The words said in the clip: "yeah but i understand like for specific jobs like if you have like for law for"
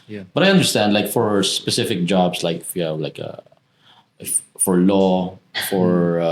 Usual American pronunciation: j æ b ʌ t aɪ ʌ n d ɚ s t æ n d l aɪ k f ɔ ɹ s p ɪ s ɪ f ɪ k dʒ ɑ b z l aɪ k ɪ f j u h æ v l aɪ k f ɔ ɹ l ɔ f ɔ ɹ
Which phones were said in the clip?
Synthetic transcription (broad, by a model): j b ʌ t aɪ ʌ n d ɚ s t æ n d l aɪ k f ɔ ɹ s p ɪ s ɪ f ɪ k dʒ ɑ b s l aɪ k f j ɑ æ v l aɪ k f ɔ ɹ l ɔ f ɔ ɹ